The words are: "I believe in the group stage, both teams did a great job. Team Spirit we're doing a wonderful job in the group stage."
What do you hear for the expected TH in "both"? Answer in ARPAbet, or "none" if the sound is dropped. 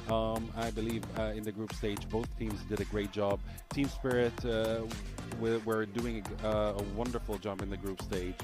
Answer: TH